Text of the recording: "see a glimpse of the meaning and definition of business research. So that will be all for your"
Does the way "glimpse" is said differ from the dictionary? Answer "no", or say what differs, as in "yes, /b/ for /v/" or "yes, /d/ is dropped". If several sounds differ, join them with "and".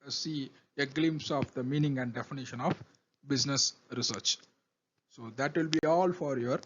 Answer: no